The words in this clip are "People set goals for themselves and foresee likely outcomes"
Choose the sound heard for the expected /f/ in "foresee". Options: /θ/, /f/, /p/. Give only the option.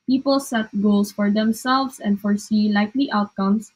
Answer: /f/